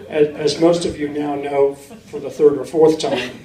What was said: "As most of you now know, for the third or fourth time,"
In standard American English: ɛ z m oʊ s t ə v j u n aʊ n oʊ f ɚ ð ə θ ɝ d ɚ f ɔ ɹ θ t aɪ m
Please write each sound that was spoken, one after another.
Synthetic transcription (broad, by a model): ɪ z m oʊ s t ə v j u n aʊ n oʊ f ɚ ð ə θ ɝ d ɚ f ɔ ɹ θ t aɪ m